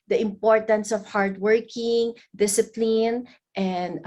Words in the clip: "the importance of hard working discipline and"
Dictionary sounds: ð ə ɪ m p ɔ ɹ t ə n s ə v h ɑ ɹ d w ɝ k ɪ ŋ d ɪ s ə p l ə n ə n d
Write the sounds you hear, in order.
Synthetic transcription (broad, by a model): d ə ɪ m p ɔ ɹ t ə n s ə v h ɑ ɹ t w ɝ k ɪ ŋ d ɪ s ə p l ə n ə n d